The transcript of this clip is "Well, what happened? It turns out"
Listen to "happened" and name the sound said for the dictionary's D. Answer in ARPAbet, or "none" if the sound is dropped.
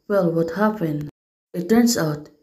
none